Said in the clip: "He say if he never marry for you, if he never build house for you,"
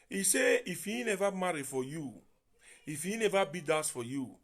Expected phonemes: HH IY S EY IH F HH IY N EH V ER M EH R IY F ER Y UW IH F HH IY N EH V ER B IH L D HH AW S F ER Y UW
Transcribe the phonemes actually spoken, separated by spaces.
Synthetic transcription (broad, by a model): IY S EY IH F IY N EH V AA M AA R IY F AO Y UW IH F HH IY N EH V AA B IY D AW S F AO Y UW